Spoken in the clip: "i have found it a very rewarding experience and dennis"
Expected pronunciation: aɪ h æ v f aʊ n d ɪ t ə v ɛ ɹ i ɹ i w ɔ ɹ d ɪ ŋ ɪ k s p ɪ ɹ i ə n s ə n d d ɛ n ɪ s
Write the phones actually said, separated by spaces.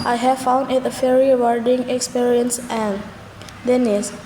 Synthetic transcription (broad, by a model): aɪ h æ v f aʊ n d ɪ t ə f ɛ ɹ ɹ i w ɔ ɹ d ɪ ŋ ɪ k s p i ɹ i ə n s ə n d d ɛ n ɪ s